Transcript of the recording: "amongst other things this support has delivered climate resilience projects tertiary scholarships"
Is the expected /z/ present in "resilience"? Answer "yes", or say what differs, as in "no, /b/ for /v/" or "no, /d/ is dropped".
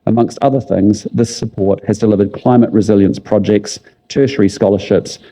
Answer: yes